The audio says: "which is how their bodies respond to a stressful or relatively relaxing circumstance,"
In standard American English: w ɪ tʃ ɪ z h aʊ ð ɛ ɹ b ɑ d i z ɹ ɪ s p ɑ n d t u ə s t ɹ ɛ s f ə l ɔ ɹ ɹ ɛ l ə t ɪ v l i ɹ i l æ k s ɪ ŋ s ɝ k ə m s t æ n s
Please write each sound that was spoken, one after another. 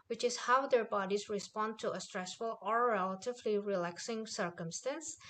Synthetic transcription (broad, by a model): w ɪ tʃ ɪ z h aʊ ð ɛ ɹ b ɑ d i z ɹ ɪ s p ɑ n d t u ə s t ɹ ɛ s f ə l ɔ ɹ ɹ ɛ l ə t ɪ v l i ɹ i l æ k s ɪ ŋ s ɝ k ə m s t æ n s